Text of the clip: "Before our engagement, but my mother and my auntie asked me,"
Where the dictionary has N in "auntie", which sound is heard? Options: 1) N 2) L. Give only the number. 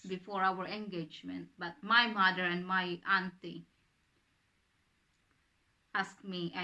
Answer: 1